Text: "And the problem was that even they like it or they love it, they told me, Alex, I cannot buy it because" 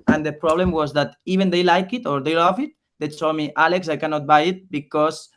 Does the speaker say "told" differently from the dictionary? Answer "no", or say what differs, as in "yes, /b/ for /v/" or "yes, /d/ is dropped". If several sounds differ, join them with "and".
yes, /s/ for /t/